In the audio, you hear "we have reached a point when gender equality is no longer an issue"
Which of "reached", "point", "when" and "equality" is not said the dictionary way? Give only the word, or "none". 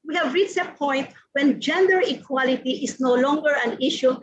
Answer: reached